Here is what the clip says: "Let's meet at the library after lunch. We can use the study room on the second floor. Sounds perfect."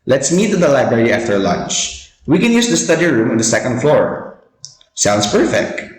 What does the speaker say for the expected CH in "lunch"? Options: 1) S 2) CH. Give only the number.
2